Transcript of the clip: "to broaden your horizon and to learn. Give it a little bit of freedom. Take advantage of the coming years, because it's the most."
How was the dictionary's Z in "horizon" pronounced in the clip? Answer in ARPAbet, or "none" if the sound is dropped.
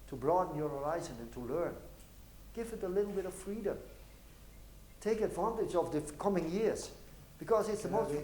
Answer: Z